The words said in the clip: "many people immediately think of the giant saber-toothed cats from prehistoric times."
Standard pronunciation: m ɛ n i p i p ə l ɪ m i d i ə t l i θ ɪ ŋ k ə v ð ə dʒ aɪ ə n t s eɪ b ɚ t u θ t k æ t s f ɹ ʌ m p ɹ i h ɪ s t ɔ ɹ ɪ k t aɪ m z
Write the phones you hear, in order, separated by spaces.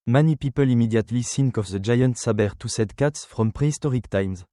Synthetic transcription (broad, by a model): m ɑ n i p i p ə l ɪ m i d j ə t l i s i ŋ k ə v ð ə dʒ aɪ ə n t s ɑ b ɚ t u s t k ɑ t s f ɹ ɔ m p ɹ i s t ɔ ɹ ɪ k t aɪ m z